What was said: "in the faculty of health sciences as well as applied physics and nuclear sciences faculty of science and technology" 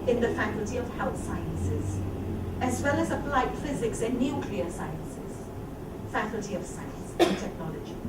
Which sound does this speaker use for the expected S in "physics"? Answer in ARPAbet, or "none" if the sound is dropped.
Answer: S